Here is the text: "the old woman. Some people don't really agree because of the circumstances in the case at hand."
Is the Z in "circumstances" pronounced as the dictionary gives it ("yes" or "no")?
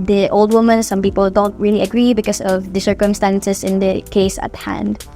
no